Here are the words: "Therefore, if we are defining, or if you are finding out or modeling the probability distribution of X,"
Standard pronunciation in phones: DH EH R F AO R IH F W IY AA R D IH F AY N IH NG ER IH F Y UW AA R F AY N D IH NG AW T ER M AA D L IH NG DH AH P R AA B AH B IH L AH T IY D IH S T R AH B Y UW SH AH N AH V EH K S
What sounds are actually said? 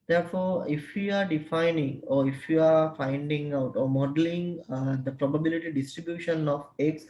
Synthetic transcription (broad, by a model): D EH R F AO R IH F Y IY AA R D IH F AY N IH NG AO IH F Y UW AA R F AY N D IH NG AW T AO M AA D L IH NG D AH P R AA B AH B IH L AH T IY D IH S T R AH B Y UW SH AH N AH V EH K S